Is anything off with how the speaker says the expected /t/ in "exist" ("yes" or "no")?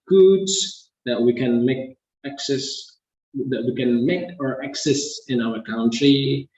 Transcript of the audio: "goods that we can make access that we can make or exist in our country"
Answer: yes